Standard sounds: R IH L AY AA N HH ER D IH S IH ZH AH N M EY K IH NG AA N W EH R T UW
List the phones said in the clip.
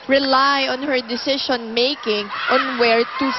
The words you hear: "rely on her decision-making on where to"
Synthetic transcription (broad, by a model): R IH L AY AA N HH ER D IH S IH SH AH N M EY K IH NG AA N W EH R T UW